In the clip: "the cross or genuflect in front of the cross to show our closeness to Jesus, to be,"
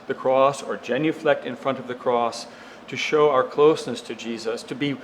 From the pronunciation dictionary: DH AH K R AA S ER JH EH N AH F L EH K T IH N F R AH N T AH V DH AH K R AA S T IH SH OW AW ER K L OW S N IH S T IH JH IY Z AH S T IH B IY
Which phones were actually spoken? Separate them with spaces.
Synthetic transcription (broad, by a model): DH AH K R AA S ER JH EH N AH F L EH K T IH N F R AH N T AH V DH AH K R AA S T IH SH OW AW ER K L OW S N IH S T IH JH IY Z AH S T IH B IY